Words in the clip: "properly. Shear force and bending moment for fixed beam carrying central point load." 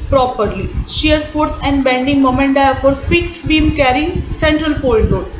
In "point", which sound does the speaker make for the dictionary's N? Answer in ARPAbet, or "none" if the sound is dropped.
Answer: L